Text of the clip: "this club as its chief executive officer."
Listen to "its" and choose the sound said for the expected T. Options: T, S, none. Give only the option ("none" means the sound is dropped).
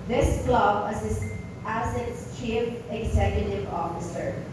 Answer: S